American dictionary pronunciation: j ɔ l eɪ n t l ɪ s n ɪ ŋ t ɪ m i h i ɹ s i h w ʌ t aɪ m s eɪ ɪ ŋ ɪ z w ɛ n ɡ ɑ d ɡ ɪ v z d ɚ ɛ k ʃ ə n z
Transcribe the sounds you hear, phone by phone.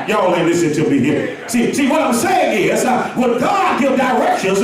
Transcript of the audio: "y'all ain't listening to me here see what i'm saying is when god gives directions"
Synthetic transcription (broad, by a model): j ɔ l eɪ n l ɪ s ɪ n t ɪ m i h i ɹ s i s w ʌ t aɪ m s eɪ ɪ ŋ ɪ z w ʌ ɡ ɑ d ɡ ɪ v d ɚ ɛ k ʃ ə n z